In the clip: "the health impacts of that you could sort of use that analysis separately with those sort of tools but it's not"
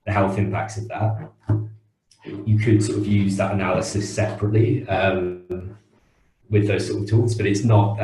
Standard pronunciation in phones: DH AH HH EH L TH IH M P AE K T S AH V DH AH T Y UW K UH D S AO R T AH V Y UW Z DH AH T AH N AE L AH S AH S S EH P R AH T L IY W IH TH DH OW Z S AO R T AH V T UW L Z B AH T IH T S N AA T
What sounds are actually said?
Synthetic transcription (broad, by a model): DH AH HH EH L TH IH M P AE K T S AH V DH AH T Y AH K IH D S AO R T AH V Y UW Z DH AH T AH N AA L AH S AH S S EH P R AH T L IY W IH DH OW Z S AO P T AH V T UW L Z B AH T IH T S N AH T